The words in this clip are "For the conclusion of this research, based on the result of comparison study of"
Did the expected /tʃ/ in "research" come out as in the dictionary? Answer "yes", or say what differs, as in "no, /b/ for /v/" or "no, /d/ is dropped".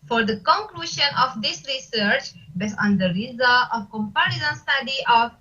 yes